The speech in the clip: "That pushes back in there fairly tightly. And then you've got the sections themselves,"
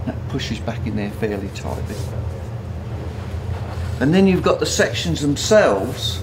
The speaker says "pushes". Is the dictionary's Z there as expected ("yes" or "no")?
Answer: yes